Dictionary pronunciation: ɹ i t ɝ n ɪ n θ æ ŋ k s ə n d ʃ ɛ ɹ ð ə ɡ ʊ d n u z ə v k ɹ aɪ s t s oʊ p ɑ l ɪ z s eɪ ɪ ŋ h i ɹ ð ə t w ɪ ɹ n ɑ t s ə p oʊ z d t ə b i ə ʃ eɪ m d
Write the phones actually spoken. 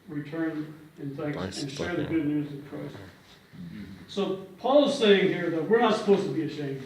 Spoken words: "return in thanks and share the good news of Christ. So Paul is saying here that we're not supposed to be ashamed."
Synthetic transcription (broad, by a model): ɹ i t ɝ n ɪ n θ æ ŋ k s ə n ʃ ɛ ɹ ð ə ɡ ʊ d n u z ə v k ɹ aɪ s s oʊ p ɑ l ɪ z s eɪ ɪ ŋ h i ɹ ð ə t w ɪ ɹ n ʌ t s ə p oʊ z t ə b i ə ʃ eɪ m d